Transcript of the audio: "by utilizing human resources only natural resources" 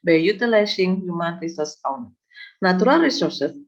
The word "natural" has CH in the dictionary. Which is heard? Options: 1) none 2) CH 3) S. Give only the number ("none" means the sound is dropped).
1